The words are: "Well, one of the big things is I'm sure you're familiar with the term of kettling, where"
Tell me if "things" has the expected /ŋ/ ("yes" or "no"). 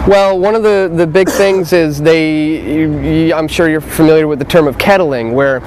yes